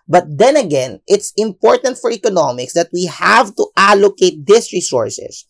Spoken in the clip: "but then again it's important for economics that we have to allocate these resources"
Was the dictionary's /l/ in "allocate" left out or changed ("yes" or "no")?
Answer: no